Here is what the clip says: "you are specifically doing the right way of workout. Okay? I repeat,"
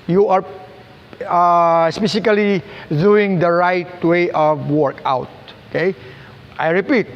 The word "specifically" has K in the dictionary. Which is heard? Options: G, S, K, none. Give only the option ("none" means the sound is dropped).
none